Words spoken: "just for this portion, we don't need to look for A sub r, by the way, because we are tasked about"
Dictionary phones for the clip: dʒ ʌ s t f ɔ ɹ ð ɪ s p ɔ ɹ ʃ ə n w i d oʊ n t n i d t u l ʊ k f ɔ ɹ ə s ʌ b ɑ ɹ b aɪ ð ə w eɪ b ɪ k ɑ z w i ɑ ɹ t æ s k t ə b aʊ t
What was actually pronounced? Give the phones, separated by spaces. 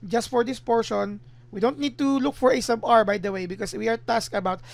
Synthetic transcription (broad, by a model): dʒ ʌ s t f ɔ ɹ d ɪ s p ɔ ɹ ʃ ə n w i d oʊ n t n i d t u l ʊ k f ɔ ɹ ə s ʌ b ɑ ɹ b aɪ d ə w eɪ b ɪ k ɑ s w i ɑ ɹ t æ s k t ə b aʊ t